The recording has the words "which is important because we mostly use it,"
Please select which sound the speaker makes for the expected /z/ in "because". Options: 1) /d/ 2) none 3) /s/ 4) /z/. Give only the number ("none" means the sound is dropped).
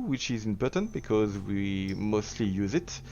4